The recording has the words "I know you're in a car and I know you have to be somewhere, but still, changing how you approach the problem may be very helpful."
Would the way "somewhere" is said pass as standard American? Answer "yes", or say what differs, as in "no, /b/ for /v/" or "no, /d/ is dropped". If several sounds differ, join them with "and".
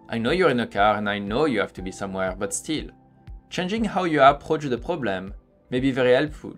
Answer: yes